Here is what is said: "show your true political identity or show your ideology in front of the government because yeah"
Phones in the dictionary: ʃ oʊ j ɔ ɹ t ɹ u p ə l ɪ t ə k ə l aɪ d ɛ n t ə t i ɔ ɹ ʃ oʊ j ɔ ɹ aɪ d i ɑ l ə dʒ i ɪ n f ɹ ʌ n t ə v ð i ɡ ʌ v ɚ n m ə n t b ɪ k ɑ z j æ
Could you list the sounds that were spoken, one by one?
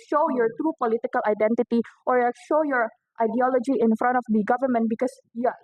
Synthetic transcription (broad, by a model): ʃ oʊ j ɔ ɹ t ɹ u p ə l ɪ t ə k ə l aɪ d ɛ n t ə t i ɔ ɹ ʃ oʊ j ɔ ɹ aɪ d i ɑ l ə dʒ i ɪ n f ɹ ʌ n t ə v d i ɡ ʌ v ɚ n m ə n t b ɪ k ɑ s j